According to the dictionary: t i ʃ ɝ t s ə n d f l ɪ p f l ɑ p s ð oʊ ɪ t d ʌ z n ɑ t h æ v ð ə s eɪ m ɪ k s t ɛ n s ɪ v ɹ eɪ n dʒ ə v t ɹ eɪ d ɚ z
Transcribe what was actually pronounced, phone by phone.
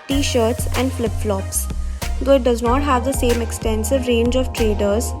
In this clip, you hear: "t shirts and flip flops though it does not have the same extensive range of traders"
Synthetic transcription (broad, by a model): t i ʃ ɝ t s ə n d f l ɪ p f l ɑ p s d oʊ ɪ t d ʌ z n ɑ t h æ v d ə s eɪ m ɪ k s t ɛ n s ɪ v ɹ eɪ n dʒ ə v t ɹ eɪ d ɚ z